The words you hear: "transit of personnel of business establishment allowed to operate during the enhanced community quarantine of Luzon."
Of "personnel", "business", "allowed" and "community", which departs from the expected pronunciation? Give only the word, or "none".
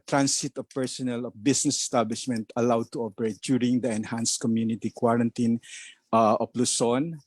business